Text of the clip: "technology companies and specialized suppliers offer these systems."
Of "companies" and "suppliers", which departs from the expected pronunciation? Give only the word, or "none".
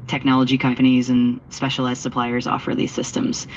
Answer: none